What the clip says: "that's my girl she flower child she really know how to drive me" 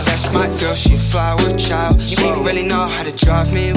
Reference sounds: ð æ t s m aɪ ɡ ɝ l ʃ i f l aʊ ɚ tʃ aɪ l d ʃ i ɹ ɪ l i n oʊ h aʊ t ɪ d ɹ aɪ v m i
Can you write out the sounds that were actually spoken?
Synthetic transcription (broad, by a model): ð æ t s m aɪ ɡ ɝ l ʃ i f l aʊ ɚ tʃ aɪ l d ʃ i ɹ ɪ l i n oʊ h aʊ t ɪ d ɹ aɪ v m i